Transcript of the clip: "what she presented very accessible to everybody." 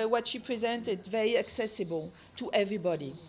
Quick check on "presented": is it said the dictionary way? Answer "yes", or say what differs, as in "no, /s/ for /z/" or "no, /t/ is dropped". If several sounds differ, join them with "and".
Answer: yes